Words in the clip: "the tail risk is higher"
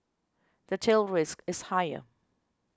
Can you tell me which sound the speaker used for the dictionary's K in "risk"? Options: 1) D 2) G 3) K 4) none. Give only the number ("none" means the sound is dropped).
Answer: 3